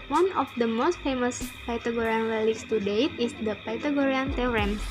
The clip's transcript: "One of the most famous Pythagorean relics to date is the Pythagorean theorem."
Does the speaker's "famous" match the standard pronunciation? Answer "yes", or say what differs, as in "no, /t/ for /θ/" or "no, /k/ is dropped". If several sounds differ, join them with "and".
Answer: yes